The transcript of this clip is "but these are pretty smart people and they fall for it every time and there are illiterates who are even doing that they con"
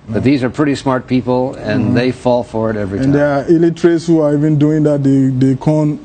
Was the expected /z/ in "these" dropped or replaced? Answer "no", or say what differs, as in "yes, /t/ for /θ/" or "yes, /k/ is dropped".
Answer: no